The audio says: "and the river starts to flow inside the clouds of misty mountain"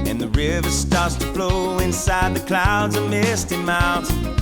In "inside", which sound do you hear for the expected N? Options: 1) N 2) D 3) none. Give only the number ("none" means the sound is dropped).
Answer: 1